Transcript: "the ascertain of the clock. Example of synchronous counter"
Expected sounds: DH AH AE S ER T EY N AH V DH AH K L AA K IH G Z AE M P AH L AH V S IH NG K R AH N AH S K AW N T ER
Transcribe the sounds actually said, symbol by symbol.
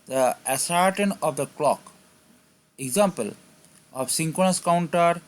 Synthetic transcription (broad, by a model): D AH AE S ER T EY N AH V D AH K L AA K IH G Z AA M P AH L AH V S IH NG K AH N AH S K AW N T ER